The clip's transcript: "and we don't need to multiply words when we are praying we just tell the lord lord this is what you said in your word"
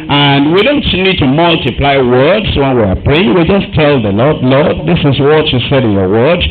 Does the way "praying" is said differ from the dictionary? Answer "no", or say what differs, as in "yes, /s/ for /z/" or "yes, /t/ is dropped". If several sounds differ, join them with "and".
yes, /ɹ/ is dropped